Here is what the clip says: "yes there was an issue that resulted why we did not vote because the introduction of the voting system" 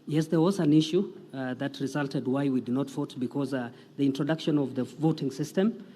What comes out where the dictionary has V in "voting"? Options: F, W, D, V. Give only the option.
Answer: V